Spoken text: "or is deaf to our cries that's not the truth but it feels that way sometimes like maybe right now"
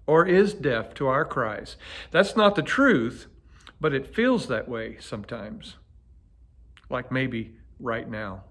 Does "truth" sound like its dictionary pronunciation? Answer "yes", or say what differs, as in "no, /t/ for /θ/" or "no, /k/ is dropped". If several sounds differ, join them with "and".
yes